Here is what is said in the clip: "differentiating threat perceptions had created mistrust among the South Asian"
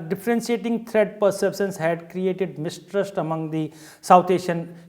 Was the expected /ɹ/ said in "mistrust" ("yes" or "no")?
yes